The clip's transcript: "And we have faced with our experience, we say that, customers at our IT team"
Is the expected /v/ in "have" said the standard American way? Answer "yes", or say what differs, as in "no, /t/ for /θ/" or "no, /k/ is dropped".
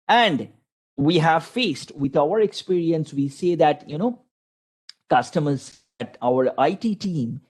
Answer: yes